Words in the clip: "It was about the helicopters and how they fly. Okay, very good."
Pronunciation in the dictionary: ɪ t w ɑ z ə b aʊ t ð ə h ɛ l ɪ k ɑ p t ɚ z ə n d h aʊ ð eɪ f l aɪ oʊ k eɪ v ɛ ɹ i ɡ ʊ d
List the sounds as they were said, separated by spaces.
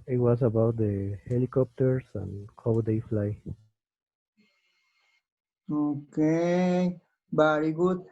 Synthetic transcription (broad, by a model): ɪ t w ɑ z ə b aʊ t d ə h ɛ l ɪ k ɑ p t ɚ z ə n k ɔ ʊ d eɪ f l aɪ oʊ k eɪ b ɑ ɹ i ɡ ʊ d